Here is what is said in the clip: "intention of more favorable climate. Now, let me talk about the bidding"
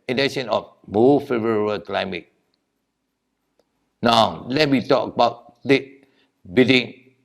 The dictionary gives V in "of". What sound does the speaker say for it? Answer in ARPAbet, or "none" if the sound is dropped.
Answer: F